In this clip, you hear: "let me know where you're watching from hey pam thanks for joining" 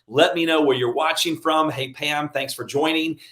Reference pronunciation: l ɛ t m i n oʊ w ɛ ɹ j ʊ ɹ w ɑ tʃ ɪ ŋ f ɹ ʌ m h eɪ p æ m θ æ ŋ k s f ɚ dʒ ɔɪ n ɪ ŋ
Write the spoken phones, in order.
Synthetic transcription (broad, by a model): l ɛ t m i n oʊ w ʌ ɹ j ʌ ɹ w ɑ tʃ ɪ ŋ f ɹ ʌ m h eɪ p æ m θ æ ŋ k s f ɚ dʒ ɔɪ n ɪ ŋ